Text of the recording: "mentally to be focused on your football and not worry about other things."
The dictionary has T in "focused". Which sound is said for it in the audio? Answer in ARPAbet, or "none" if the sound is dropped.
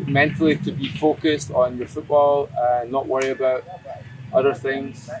T